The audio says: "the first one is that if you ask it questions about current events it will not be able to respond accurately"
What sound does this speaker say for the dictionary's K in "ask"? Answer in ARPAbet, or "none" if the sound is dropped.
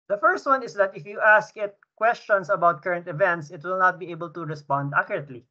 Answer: K